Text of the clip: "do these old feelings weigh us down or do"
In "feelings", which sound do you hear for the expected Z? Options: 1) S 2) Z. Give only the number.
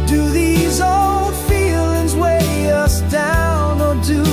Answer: 2